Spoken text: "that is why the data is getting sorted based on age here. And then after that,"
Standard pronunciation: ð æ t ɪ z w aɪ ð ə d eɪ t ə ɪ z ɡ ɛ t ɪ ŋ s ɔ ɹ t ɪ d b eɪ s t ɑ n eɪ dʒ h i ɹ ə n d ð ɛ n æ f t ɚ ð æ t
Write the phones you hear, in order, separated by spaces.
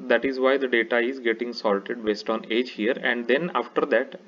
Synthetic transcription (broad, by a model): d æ t ɪ z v aɪ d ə d eɪ t ə ɪ z ɡ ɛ t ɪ ŋ s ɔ l t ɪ d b eɪ s t ɑ n eɪ dʒ h i ɹ ə n d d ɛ n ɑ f t ɚ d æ t